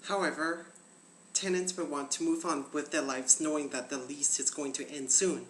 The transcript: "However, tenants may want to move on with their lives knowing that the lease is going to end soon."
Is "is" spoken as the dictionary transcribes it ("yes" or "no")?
yes